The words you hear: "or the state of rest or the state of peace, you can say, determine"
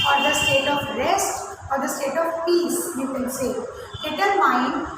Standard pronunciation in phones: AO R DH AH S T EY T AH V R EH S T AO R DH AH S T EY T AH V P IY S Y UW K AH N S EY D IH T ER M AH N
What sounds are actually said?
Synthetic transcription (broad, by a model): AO R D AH S T EY T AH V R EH S T AO R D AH S T EY T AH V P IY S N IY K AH L S EY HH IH T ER M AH N